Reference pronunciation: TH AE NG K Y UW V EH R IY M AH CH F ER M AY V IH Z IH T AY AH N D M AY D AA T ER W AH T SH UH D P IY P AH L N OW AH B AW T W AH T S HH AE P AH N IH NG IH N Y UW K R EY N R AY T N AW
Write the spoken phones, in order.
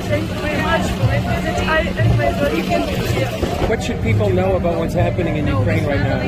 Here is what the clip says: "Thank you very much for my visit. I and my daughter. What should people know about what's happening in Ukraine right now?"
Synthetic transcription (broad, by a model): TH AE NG K Y UW V EH R IY M AH CH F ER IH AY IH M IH IH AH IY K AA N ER W AH T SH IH D P IY P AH L N OW AH B AW T W AH T S HH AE P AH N IH NG IH N Y UW K R EY N R AY T N AW